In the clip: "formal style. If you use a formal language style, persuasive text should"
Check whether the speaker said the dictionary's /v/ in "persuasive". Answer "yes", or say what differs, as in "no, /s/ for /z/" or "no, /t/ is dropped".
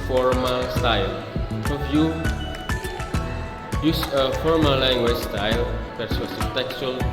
no, /p/ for /v/